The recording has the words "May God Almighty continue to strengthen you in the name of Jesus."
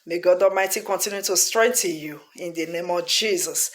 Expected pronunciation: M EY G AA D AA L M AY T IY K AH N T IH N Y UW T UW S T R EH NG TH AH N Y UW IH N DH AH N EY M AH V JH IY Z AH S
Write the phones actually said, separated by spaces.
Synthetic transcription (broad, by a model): M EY G AA D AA M AY T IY K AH N T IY N Y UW T UW S T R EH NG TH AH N Y UW IH N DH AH N EY M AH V JH IY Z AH S